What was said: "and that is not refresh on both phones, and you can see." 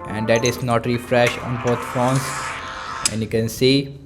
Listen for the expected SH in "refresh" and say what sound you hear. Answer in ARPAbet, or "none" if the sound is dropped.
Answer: SH